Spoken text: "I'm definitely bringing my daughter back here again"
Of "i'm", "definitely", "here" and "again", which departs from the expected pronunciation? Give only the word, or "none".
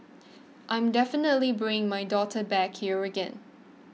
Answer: none